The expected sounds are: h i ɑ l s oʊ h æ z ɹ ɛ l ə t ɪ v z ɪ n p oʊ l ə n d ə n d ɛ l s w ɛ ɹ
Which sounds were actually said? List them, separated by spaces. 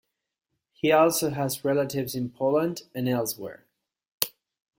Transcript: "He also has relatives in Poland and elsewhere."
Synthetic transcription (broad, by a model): h i ɑ l s oʊ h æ z ɹ ɛ l ə t ɪ v z ɪ n p oʊ l ə n d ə n ɛ l s w ɛ ɹ